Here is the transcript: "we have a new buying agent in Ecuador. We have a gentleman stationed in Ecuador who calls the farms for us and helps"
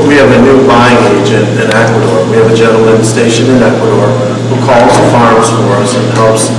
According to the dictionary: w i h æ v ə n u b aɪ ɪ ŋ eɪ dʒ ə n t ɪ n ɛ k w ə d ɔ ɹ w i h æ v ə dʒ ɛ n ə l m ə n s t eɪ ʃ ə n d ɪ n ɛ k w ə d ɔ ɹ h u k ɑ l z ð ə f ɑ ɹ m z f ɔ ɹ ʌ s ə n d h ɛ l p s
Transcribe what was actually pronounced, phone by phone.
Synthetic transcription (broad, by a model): w i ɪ v ə n u b aɪ ɪ ŋ eɪ dʒ ə n t ɪ n ɛ k w ə d ɔ ɹ w i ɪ v ə dʒ ɛ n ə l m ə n s t eɪ ʃ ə n ɪ n ɛ k w ə d ɔ ɹ h u k ɑ l z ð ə f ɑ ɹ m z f ɔ ɹ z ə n h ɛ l p s